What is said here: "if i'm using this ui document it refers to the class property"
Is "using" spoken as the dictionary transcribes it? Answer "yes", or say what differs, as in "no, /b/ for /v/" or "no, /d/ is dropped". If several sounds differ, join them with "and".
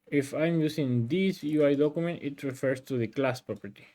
no, /s/ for /z/